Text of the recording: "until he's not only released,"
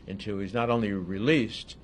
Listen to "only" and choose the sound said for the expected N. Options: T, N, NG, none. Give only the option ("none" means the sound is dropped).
N